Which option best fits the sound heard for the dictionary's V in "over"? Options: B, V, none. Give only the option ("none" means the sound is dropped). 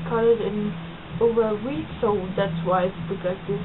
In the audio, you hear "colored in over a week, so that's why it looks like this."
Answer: V